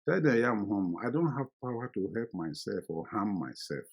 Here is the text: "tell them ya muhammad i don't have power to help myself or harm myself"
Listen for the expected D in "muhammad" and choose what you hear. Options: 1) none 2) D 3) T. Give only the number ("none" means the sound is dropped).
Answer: 1